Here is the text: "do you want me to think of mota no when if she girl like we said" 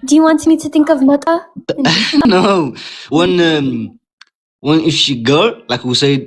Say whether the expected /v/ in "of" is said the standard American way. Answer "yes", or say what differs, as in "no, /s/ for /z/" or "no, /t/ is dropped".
yes